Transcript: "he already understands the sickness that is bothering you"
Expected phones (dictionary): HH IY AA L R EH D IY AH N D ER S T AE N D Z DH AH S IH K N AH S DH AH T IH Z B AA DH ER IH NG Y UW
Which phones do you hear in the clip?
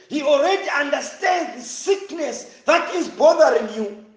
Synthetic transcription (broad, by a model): HH IY AA L R EH D IY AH N D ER S T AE N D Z DH AH S IH K N AH S DH AH T IH Z B AA DH ER IH NG Y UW